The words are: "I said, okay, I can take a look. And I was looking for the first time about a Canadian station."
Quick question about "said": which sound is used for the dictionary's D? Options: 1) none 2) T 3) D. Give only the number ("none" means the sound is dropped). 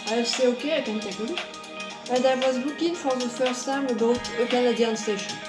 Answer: 1